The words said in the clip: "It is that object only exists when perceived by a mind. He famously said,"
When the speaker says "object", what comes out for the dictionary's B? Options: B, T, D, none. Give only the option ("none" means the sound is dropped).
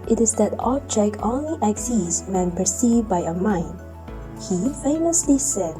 none